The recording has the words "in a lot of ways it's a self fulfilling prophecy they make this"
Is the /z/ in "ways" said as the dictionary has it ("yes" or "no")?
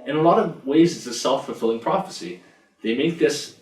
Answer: yes